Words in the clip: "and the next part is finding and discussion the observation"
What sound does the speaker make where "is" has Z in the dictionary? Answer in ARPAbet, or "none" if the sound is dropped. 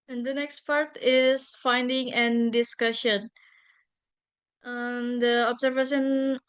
S